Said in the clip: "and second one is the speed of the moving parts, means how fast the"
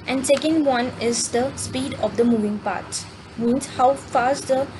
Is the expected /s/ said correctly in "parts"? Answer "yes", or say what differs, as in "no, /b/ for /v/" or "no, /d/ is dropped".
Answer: no, /s/ is dropped